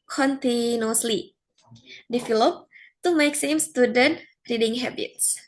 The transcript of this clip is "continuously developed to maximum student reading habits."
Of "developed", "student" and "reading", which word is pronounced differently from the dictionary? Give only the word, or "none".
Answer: developed